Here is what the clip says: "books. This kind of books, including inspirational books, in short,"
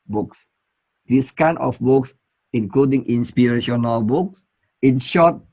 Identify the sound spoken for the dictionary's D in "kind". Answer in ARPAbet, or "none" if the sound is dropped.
none